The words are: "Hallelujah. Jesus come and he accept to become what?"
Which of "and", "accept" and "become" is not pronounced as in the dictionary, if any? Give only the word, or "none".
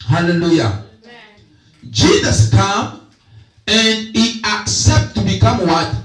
none